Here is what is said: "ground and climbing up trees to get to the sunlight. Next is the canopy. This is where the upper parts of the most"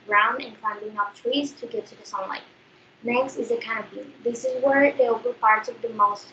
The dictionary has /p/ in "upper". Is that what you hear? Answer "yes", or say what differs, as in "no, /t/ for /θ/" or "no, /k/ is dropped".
no, /b/ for /p/